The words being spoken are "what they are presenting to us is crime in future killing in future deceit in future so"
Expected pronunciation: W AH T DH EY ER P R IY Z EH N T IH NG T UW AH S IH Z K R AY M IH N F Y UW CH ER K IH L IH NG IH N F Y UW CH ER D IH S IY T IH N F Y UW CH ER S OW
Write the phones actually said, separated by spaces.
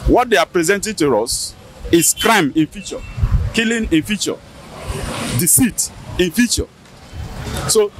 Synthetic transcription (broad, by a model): W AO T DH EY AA P R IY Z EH N T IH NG T UW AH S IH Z K R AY M IH N F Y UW CH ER K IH L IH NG IH N F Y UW CH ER D IH S IY T IH N F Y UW CH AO S OW